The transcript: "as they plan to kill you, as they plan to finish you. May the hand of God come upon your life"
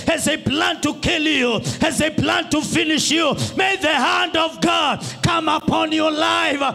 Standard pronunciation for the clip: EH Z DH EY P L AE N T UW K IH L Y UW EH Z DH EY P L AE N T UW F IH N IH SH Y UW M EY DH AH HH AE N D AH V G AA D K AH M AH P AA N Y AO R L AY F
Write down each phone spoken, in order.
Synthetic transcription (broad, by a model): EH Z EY P L AE N T UW K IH L Y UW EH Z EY P L AE N T UW F IH N IH SH Y UW M EY DH AH HH AE N D AH V G AA D K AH M AH P AA N Y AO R L AY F